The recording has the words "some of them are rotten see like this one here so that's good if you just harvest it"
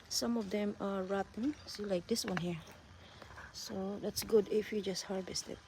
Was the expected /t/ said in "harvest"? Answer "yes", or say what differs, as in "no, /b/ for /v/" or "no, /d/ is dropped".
yes